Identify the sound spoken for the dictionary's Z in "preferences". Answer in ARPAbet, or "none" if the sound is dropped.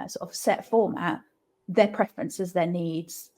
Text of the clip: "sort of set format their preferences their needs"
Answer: Z